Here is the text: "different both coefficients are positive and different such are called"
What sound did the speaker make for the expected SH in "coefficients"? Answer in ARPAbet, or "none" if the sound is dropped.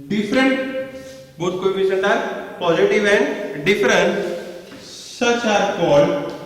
S